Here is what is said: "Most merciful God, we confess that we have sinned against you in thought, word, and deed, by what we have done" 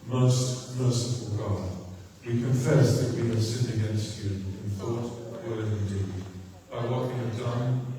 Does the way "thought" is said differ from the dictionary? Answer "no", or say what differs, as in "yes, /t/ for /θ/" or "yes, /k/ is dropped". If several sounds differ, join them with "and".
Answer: no